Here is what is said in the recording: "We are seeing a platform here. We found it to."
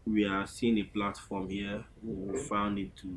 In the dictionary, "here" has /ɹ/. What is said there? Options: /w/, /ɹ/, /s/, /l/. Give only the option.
/w/